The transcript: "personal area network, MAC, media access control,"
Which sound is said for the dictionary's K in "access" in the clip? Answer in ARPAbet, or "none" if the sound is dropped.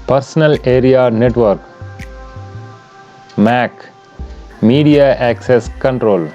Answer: K